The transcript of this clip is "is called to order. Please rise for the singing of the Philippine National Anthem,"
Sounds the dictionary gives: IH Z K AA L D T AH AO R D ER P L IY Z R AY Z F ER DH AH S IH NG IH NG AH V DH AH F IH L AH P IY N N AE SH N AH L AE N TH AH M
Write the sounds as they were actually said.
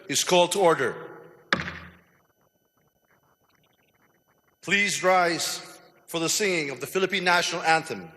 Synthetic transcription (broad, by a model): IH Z K AA L D T AH AO R D ER P L IY Z R AY Z F ER DH AH S IH NG IH NG AH V DH AH F IH L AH P IY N N AE SH N L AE N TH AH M